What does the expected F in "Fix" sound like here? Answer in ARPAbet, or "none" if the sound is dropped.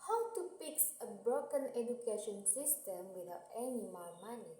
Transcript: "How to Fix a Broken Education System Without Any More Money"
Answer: P